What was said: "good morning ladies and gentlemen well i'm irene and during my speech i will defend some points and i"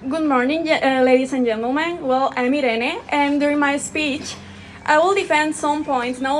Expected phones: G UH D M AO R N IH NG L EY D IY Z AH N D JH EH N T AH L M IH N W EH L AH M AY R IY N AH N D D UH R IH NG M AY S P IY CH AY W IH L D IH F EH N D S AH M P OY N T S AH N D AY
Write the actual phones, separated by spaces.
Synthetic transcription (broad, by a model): G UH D M AO R N IH NG L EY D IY S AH N JH EH N T AH L M IH N W EH L AH M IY R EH N AH N D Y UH R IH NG M AY S P IY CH AY W IH L D IH F EH N D S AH M P OY N T S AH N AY